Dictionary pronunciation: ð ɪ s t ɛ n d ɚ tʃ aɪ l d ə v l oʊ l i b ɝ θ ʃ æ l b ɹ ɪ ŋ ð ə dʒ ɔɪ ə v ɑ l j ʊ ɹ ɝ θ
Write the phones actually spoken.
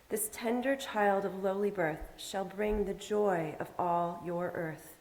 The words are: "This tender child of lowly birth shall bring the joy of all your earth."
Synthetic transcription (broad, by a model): ð ɪ s t ɛ n d ɚ tʃ aɪ l d ə v l oʊ l i b ɝ θ ʃ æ l b ɹ ɪ ŋ ð ə dʒ ɔɪ ə v ɑ l j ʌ ɹ ɝ θ